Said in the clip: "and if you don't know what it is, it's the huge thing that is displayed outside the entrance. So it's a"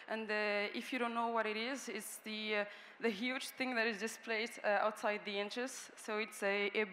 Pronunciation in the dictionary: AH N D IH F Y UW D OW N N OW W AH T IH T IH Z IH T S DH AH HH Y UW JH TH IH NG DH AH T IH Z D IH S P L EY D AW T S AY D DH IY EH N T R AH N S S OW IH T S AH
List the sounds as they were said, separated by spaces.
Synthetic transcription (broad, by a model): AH N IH IH F Y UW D OW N N OW W AH T IH T IH Z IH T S DH AH HH Y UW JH TH IH NG DH AH T IH Z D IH S P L EY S AW T S AY D DH IY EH N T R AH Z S S OW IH T S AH